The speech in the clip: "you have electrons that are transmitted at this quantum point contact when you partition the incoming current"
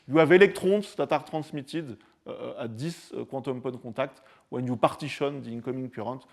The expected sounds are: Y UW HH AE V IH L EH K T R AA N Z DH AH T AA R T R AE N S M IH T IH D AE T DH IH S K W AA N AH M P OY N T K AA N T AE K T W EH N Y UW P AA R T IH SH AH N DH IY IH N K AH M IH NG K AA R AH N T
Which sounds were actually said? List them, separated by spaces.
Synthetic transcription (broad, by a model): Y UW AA V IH L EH K T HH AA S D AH T AA R T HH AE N S M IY T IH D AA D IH S K W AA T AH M P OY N K AA T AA K T W EH N Y UW P AA R T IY SH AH N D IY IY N K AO M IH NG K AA R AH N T